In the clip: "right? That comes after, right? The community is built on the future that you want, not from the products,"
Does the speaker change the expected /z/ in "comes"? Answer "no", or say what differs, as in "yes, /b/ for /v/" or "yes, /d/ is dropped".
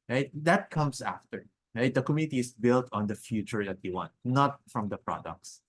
yes, /s/ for /z/